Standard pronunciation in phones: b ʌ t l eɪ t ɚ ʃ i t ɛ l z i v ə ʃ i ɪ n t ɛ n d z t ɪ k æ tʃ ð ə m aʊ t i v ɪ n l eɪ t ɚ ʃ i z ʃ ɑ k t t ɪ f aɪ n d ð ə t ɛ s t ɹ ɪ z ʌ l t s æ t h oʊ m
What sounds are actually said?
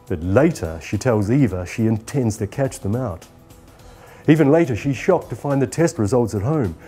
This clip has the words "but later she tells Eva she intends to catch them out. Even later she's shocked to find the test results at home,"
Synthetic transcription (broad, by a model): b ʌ t l eɪ t ɚ ʃ i t ɛ l z i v ə ʃ i ɪ n t ɛ n d z t ɪ k æ tʃ ð ə m aʊ t i v ɪ n l eɪ t ɚ ʃ i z ʃ ɑ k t t ɪ f aɪ n ð ə t ɛ s t ɹ ɪ z ʌ l t s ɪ t h oʊ m